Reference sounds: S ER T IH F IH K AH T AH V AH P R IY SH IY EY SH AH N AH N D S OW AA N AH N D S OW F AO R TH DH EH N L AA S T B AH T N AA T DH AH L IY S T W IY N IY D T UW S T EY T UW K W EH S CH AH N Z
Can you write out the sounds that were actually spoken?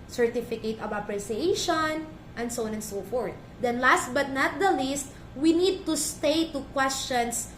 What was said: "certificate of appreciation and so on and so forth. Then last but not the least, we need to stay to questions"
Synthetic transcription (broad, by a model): S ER T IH F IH K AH T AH B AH P R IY S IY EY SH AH N AH N D S OW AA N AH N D S OW F AO R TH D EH N L AA S T B AH T N AA T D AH L IY S T W IY N IY D T UW S T EY T UW K W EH S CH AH N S